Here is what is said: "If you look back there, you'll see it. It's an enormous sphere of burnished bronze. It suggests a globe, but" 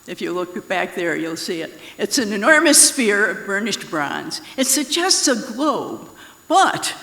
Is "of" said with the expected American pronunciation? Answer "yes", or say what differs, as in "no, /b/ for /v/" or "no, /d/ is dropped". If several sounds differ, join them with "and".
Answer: yes